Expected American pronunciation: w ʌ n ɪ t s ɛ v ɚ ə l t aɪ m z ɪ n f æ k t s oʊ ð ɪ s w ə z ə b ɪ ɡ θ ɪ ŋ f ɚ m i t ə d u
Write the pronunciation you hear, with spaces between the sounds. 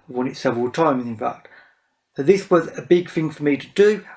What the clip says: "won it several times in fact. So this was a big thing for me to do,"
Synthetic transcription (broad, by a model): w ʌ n ɪ t s ɛ v ɚ ə l t aɪ m z ɪ n f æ k t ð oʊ ð ɪ s w ə z ə b ɪ ɡ θ ɪ ŋ f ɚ m i t ə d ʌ